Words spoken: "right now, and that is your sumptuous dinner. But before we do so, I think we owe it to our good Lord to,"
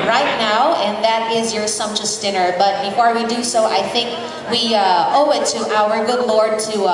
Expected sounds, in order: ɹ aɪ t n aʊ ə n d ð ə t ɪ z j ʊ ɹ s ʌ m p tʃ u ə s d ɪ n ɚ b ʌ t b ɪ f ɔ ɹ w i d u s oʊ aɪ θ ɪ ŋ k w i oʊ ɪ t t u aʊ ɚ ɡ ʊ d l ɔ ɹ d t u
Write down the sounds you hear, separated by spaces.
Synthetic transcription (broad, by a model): ɹ aɪ t n aʊ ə n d ð ə t ɪ z j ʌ ɹ s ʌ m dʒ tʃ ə s d ɪ n ɚ b ʌ t b ɪ f ɔ ɹ w i d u s oʊ aɪ θ ɪ ŋ k w i oʊ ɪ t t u aʊ ɚ ɡ ʊ d l ɔ ɹ d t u